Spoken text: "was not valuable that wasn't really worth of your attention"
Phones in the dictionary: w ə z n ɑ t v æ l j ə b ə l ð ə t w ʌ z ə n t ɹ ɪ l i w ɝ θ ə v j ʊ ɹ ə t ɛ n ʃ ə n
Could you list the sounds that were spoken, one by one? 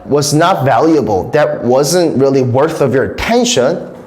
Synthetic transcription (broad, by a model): w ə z n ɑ t v æ l j ə b ə l ð ə t w ʌ z ə n t ɹ ɪ l i w ɝ θ ə v j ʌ ɹ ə t ɛ n ʃ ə n